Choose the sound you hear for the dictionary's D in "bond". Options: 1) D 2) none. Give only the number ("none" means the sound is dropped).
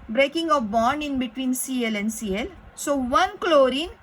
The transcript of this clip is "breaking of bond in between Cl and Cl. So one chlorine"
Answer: 1